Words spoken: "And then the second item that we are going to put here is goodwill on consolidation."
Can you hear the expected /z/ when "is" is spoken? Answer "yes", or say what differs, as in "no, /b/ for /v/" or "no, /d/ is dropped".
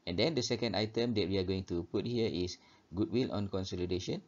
no, /s/ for /z/